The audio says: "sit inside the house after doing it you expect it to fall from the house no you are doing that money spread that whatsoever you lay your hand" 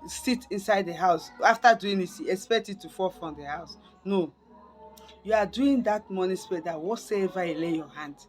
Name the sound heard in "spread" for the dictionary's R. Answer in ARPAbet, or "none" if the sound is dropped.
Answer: none